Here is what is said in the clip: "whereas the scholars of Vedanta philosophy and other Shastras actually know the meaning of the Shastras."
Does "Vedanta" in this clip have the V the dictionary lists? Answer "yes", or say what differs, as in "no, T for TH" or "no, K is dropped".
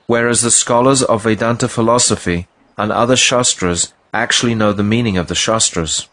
yes